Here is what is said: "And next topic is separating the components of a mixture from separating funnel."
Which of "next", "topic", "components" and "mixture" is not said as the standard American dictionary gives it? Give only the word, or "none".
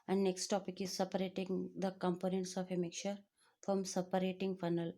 mixture